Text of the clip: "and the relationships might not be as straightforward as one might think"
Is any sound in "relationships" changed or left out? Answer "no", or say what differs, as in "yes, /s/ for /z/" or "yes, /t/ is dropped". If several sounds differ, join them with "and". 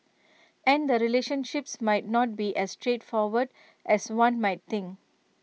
no